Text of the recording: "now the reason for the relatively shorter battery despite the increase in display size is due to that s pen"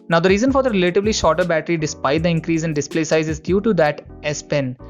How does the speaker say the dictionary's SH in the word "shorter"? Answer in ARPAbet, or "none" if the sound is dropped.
SH